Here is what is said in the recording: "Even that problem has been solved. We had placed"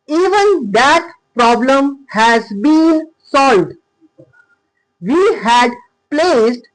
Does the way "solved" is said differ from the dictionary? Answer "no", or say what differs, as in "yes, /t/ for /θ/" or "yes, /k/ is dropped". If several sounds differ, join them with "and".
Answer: no